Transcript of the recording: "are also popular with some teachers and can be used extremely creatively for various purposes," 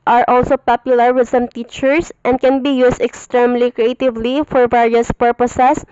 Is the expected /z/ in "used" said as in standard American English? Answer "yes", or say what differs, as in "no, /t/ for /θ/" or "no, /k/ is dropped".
no, /s/ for /z/